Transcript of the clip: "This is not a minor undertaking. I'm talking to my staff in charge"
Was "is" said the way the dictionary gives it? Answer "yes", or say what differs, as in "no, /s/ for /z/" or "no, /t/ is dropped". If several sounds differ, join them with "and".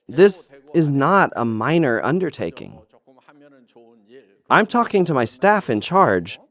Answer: yes